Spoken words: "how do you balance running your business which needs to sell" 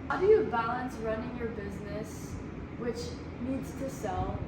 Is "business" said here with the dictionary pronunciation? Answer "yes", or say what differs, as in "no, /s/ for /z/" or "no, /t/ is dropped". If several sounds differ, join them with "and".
yes